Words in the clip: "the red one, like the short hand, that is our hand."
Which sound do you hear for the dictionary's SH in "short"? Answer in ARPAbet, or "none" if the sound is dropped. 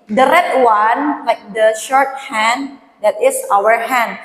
SH